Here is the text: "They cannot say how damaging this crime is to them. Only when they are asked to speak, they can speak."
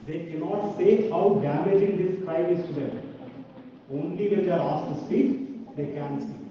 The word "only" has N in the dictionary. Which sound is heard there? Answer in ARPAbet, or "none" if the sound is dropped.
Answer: N